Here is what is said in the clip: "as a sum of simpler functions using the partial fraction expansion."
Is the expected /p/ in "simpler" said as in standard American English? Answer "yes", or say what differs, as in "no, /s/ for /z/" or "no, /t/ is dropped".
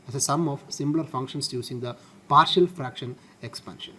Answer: no, /b/ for /p/